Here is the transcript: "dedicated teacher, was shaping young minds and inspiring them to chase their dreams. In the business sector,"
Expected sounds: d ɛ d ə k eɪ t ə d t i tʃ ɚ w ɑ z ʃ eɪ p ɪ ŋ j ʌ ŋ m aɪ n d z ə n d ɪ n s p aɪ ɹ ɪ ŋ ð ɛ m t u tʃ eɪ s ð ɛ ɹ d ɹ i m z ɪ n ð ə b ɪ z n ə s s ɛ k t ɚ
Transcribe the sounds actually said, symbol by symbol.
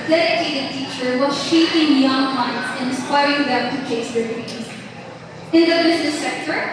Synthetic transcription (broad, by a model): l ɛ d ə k eɪ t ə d t i tʃ ɚ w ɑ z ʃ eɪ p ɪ ŋ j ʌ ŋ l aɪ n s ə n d ɪ n s p aɪ ɹ ɪ ŋ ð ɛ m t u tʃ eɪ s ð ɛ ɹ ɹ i z ɪ n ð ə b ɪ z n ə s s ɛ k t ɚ